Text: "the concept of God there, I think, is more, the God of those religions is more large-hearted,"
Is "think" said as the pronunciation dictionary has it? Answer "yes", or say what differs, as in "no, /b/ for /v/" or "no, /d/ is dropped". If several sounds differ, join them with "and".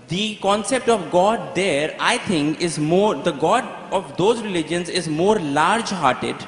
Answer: no, /t/ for /θ/